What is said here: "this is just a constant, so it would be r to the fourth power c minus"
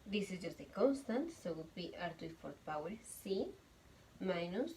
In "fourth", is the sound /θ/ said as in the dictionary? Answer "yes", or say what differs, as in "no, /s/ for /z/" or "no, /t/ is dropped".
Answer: no, /t/ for /θ/